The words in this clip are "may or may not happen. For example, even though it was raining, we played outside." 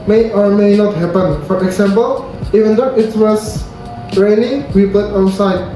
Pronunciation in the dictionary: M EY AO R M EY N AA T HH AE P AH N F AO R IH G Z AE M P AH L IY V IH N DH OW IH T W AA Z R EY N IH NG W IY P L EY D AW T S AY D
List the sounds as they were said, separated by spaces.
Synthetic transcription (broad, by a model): M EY AO R M EY N AA T HH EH P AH N F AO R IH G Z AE M P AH L IY V IH N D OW IH T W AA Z R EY L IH W IY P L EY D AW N S AY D